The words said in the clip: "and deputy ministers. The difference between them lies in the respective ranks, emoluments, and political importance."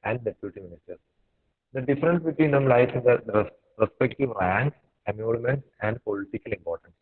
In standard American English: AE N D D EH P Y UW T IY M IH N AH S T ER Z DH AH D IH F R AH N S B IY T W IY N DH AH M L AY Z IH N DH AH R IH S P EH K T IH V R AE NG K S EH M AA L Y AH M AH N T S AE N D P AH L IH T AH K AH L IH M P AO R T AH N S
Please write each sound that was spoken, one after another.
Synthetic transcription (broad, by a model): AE N D D EH P Y UW T IY M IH N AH S T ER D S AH D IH F R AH N S B IY T W IY N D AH M L AY IH N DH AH R IH S P EH K T IH V R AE NG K EH M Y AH M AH N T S AE N D P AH L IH T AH K AH L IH M P AO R T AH N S